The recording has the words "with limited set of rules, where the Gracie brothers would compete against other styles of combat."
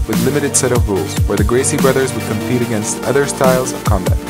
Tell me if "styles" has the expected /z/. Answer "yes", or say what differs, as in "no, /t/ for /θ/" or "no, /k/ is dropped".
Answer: yes